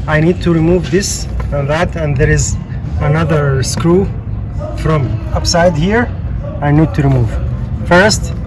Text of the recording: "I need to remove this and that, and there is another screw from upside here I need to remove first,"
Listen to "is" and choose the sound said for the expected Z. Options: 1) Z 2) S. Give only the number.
1